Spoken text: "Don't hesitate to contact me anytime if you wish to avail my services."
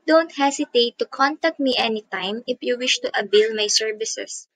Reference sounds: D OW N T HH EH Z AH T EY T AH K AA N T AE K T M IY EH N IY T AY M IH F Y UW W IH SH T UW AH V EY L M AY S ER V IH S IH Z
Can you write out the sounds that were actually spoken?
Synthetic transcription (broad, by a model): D OW N T HH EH S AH T EY T AH K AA N T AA K T M IY EH N IY T AY M IH F Y UW W IH SH T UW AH B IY L M AY S ER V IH S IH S